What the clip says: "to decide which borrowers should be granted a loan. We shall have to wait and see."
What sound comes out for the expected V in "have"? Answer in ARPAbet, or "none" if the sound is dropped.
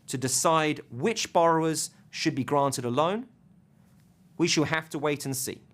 F